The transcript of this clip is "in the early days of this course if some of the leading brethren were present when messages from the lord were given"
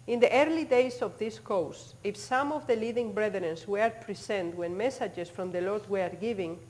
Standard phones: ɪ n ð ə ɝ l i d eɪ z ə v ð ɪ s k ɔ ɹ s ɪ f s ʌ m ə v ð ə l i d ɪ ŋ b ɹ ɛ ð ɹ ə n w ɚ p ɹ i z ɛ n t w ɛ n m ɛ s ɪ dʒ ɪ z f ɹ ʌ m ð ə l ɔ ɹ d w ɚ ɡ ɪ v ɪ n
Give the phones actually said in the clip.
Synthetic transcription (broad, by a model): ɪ n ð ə ɝ l i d eɪ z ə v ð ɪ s k ɔ w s ɪ f s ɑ m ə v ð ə l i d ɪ ŋ b ɹ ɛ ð ɹ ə n w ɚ p ɹ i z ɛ n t w ɛ n m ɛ s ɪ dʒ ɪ s f ɹ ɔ m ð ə l ɔ ɹ d w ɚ ɡ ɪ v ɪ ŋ